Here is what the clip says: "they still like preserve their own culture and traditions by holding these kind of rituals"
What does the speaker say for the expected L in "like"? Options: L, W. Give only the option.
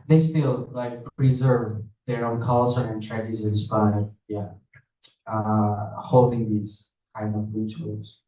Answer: L